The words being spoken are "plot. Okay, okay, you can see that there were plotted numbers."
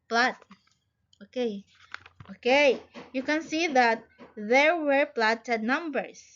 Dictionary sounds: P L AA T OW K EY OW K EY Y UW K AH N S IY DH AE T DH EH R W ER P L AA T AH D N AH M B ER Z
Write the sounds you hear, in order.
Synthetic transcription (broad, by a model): P L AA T OW K EY OW K EY Y UW K AH N S IY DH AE T DH EH R W ER P L AA T AH D N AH M B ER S